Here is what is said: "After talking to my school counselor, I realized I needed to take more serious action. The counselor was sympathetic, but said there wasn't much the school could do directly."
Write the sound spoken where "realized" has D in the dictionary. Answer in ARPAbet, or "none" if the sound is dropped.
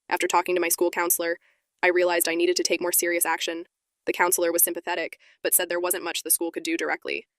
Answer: D